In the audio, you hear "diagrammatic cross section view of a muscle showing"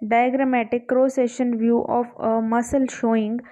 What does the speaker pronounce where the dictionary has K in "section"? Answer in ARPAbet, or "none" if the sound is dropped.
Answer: none